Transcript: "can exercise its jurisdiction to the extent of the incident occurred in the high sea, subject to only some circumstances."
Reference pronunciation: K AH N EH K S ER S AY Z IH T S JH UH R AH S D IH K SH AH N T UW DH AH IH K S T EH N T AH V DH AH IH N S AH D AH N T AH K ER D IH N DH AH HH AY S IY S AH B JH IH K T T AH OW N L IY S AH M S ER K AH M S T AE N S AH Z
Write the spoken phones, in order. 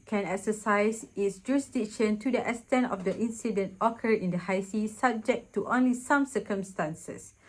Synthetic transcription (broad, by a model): K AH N EH K S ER S AY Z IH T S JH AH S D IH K SH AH N T UW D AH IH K S T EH N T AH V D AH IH N S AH D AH N T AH K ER IH N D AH HH AY S IY S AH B JH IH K T T OW N L IY S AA M S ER K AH M S T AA N S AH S